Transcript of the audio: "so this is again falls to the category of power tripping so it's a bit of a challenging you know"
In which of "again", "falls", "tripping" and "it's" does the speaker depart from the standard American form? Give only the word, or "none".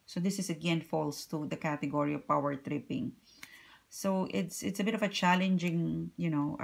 falls